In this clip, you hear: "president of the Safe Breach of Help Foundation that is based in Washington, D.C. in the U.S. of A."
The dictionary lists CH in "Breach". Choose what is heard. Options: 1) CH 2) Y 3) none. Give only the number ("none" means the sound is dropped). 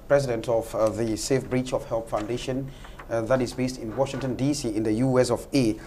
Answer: 1